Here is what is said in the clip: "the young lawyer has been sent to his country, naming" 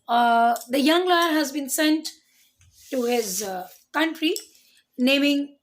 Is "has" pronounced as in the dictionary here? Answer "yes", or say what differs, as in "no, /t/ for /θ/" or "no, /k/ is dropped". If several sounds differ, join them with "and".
yes